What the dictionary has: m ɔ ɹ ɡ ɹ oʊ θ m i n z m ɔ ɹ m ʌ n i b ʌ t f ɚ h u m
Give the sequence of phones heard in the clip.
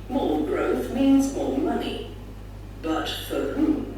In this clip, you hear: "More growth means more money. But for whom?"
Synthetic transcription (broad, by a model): m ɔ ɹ ɡ ɹ oʊ θ m i n z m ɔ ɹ m ʌ n i b ʌ t f ɚ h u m